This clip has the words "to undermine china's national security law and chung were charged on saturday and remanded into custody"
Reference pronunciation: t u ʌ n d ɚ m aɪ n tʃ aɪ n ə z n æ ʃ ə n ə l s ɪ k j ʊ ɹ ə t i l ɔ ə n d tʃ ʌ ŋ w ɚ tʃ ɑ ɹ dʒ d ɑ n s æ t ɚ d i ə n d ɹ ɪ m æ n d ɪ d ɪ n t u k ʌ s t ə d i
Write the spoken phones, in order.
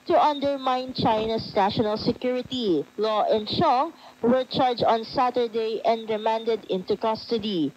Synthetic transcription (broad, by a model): t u ʌ n d ɚ m aɪ n tʃ aɪ n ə s n æ ʃ ə n ə l s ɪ k j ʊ ɹ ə t i l ɔ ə n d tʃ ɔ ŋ w ɚ tʃ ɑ ɹ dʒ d ɑ n s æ t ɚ d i ə n d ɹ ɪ m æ n d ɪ d ɪ n t u k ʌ s t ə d i